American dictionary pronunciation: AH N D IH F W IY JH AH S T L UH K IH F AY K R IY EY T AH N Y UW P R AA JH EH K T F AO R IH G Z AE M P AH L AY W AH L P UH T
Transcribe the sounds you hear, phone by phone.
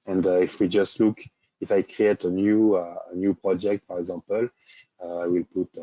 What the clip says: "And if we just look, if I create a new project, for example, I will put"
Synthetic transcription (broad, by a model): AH N D IH F W IY JH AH S T L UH K IH F AY K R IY EY T AH N Y UW P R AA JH EH K T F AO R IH G Z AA P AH L AY W AH L P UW T